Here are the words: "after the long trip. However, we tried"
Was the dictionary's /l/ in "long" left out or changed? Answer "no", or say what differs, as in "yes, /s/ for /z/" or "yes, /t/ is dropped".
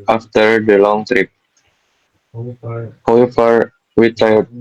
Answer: no